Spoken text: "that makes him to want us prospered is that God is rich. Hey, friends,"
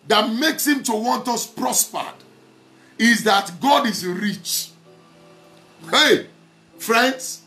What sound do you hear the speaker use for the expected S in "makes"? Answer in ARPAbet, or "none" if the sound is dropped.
S